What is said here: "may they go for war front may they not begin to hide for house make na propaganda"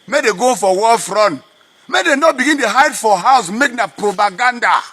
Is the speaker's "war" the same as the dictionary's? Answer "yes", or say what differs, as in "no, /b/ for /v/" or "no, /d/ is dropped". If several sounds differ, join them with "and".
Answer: no, /l/ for /ɹ/